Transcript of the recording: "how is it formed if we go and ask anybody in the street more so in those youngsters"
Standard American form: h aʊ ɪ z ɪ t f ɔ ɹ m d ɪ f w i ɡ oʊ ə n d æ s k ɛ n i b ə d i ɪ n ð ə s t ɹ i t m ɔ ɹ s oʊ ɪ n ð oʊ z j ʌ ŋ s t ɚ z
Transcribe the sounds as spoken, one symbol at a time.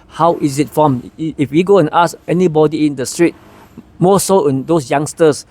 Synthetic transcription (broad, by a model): h aʊ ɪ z ɪ t f ɔ m ɪ f w i ɡ oʊ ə n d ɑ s ɛ n i b ə d i ɪ n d ə s t ɹ i t m ɔ s oʊ ɪ n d oʊ s j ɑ ŋ s t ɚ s